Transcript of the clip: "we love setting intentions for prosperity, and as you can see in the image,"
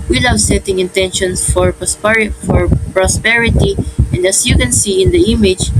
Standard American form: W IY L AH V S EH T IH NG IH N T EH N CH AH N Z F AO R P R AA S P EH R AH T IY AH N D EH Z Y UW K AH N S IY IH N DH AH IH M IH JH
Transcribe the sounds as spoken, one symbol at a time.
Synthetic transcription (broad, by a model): W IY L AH W S EH T IH NG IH N T EH N SH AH N S F AO R P R AA S P EH R AH T IY AH N D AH S Y UW K AH N S IY IH N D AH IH M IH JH